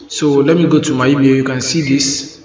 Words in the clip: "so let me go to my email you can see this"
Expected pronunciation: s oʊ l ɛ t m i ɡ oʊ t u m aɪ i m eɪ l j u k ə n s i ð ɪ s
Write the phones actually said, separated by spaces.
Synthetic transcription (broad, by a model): s oʊ l ɛ t m i ɡ oʊ t u m aɪ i eɪ j u k ə n s i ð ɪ s